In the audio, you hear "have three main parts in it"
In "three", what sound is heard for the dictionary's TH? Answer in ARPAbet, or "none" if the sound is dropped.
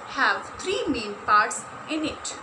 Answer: T